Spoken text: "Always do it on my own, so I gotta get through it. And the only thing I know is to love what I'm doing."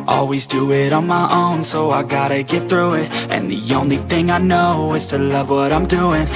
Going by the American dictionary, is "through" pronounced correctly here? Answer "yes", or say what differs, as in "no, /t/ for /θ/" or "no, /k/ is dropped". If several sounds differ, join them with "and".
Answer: yes